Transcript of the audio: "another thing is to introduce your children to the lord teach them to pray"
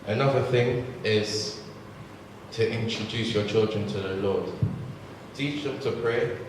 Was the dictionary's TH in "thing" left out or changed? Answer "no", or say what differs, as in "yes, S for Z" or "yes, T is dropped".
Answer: no